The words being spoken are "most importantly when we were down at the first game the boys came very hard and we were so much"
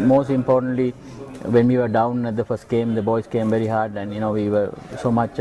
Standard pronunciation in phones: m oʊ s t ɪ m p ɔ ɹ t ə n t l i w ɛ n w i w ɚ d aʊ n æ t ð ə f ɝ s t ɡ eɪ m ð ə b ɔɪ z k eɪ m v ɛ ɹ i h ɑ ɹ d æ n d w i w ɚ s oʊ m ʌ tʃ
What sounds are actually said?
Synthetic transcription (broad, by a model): m oʊ s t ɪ m p ɔ t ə n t l i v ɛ n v i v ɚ d aʊ n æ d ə f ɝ s t ɡ eɪ m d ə b ɔɪ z k eɪ m v ɛ ɹ i h ɑ ɹ d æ n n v i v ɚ s oʊ m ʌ tʃ